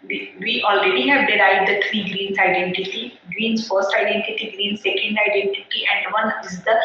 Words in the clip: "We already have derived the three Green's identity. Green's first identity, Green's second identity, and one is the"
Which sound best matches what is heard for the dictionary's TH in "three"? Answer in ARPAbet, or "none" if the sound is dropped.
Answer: T